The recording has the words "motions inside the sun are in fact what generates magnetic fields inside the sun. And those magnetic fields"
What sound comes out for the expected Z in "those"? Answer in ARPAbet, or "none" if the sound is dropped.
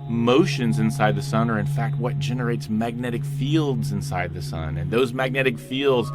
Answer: Z